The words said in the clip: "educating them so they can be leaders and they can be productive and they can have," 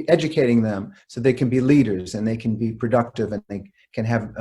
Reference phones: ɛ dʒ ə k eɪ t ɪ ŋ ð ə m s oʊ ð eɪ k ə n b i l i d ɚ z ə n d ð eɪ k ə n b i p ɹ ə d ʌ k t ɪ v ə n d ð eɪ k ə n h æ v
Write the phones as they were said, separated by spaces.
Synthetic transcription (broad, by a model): ɛ dʒ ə k eɪ t ɪ ŋ ð ə m s oʊ ð eɪ k n b i l i d ɚ z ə n ð eɪ k ə n b i p ɹ ə d ʌ k t ɪ v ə n ð eɪ k ə n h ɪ v